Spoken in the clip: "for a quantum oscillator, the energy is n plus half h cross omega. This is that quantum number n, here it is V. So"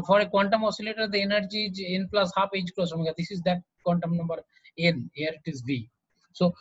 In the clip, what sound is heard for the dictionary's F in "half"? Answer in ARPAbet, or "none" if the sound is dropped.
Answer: P